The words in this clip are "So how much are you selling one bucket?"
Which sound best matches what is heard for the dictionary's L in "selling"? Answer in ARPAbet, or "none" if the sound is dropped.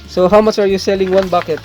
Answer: L